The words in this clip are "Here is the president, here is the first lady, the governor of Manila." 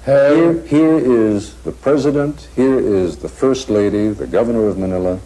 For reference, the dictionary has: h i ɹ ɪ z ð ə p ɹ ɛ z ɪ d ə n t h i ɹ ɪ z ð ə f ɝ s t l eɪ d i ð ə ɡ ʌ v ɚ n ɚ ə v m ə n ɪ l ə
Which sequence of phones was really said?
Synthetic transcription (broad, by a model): h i ɹ ɪ z ð ə p ɹ ɛ z ɪ d ə n t h i ɹ ɪ z ð ə f ɝ s t l eɪ d i ð ə ɡ ʌ v ɚ n ɚ ə v m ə n ɪ l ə